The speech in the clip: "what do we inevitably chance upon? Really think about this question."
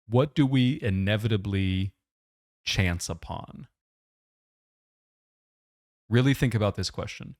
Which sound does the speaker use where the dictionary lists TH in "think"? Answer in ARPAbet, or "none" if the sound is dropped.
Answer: TH